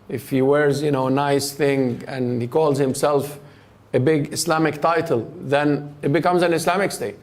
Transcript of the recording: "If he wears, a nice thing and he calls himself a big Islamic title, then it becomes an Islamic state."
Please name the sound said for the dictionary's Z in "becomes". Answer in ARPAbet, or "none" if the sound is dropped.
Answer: Z